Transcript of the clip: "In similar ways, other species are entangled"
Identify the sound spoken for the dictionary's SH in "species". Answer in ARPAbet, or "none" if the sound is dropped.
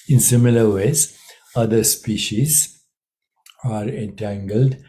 SH